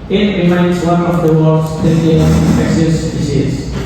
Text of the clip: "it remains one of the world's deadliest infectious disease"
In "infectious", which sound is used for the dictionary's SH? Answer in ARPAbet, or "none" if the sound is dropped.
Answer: S